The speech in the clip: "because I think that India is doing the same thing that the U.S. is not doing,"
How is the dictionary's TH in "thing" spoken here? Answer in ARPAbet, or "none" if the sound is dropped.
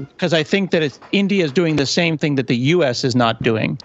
TH